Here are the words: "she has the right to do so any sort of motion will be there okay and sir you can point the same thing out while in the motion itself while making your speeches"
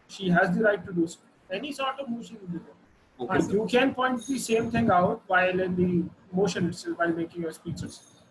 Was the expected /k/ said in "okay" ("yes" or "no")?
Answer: no